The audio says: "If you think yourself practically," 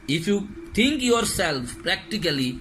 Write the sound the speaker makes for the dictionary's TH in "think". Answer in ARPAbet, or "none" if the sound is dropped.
T